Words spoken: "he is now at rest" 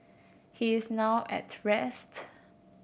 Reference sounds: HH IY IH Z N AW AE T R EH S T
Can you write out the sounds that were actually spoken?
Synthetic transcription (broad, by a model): HH IY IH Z N AW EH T R EH S T